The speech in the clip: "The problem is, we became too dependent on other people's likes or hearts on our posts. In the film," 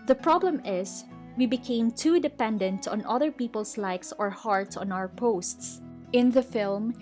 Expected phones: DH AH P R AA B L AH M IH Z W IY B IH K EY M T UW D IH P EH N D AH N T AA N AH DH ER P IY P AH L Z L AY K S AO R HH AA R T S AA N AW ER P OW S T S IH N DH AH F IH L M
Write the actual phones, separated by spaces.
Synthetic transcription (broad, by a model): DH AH P R AA B L AH M IH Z W IY B IH K EY M T UW D IH P EH N D AH N T AA N AH DH ER P IY P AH L S L AY K S AO R HH AA R T S AA N AW ER P OW S T S IH N DH AH F IH L M